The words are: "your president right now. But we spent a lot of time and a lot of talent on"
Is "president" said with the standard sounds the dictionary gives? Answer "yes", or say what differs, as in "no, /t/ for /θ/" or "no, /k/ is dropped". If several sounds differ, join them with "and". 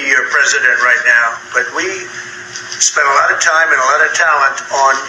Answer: yes